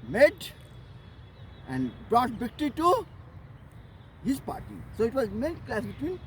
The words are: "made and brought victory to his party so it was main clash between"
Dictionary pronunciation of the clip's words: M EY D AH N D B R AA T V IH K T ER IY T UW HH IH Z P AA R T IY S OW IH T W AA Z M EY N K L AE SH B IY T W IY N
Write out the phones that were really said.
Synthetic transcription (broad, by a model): M EY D AH N D B R AA T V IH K T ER IY T UW HH IH Z P AA R T IY S OW IH T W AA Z M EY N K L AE S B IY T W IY N